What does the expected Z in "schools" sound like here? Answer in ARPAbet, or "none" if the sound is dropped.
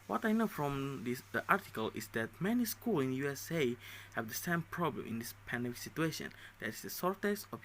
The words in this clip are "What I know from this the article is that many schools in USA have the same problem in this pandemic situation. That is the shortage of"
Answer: none